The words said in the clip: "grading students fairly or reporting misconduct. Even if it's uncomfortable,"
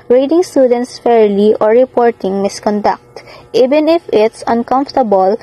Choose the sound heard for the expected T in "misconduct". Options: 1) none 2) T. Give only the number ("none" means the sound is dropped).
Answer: 2